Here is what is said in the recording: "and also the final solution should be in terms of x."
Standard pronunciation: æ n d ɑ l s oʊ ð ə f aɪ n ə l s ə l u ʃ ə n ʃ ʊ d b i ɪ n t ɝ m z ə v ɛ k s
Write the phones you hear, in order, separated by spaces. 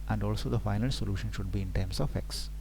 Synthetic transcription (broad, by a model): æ n d ɑ l s oʊ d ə f aɪ n ə l s ə l u ʃ ə n ʃ ʊ d b i ɪ n t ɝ m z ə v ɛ k s